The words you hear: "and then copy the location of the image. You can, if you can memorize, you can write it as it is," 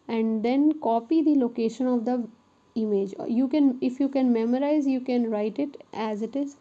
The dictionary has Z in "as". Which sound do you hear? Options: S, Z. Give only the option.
Z